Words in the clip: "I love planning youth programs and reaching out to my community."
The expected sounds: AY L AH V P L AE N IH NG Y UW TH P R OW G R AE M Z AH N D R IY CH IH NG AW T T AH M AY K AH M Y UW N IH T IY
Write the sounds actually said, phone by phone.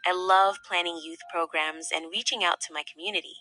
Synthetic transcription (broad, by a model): AY L AH V P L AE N IH NG Y UW TH P R OW G R AE M Z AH N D R IY CH IH NG AW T T AH M AY K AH M Y UW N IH T IY